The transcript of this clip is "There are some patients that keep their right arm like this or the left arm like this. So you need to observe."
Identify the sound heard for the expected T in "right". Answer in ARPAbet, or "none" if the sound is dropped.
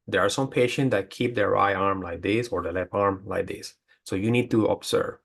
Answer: none